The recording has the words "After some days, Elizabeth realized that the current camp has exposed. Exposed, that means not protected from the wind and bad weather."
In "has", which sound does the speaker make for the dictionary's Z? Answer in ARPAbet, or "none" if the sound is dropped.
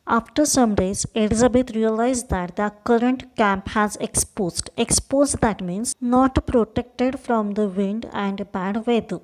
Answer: Z